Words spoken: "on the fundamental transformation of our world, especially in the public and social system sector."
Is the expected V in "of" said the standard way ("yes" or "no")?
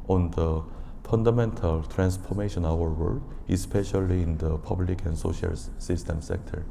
no